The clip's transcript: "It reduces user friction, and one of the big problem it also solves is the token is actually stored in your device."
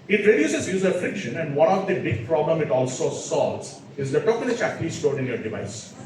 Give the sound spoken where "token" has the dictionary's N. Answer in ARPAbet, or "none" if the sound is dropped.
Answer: L